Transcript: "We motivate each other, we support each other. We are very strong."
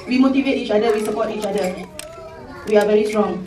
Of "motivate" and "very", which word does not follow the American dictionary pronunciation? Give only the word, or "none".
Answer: none